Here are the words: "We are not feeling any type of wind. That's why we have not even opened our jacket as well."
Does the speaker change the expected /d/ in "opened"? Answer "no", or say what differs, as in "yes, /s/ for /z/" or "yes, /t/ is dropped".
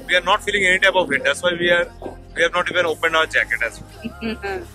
no